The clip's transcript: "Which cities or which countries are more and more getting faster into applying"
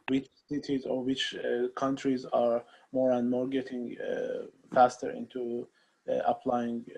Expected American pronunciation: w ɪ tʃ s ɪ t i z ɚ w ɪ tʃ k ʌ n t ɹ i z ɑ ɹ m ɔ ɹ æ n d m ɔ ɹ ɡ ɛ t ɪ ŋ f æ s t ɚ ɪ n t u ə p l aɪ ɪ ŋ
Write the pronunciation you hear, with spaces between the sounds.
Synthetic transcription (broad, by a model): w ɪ tʃ s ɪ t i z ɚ w ɪ tʃ k ʌ n t ɹ i z ɑ ɹ m ɔ ɹ æ n d m ɔ ɹ ɡ ɛ t ɪ ŋ f æ s t ɚ ɪ n t u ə p l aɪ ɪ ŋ